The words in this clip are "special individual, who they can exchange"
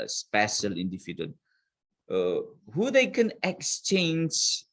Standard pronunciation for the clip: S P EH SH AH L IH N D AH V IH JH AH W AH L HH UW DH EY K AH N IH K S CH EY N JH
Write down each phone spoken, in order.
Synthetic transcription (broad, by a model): S P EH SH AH L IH N D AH F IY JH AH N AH HH UW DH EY K AH N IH K S CH EY N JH